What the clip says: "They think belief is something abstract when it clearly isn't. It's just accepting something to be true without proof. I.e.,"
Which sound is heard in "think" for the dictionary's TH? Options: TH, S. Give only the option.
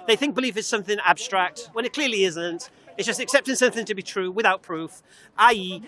TH